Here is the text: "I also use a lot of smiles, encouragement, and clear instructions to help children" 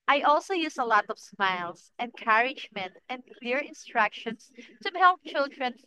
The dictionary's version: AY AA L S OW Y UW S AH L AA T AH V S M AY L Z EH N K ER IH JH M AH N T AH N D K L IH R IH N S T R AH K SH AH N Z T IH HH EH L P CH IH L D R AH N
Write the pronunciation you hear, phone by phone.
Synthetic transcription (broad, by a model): AY AA L S OW Y UW S AH L AA T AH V S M AY L S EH N K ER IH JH M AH N T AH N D K L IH R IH N S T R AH K SH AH N S T IH HH EH L P CH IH L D R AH N